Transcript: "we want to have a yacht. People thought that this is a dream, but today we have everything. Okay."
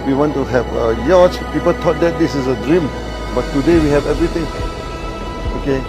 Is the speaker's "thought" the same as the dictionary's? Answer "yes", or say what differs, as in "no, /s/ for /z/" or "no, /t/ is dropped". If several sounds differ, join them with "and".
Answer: no, /t/ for /θ/